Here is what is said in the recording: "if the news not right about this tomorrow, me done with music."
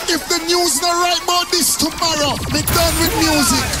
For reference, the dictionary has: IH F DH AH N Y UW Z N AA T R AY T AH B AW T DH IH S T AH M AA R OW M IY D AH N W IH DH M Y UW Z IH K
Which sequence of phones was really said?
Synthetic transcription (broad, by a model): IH F DH AH N Y UW Z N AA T R AY T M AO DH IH S T AH M AA R OW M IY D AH N W IH DH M Y UW Z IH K